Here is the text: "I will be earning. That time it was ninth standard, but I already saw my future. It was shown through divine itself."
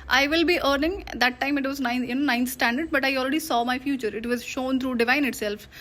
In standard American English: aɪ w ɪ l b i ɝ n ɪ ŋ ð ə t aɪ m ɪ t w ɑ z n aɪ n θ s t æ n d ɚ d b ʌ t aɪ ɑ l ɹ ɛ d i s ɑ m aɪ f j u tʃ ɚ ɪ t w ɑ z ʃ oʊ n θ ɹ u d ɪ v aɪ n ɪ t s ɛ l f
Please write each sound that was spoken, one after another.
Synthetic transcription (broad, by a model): aɪ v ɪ l b i ɝ n ɪ ŋ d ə t aɪ m ɪ t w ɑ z n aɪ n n s t æ n d ɚ d b ʌ t aɪ ɑ l ɹ ɛ d i s ɑ m aɪ f j u tʃ ɚ ɪ t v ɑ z ʃ oʊ n t ɹ u d ɪ v aɪ n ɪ t s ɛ l f